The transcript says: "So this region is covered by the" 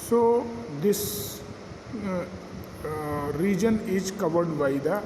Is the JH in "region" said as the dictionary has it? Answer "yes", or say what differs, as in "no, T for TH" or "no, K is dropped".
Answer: yes